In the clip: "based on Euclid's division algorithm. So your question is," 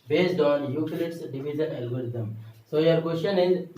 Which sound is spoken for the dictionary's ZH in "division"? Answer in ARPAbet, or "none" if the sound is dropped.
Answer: Z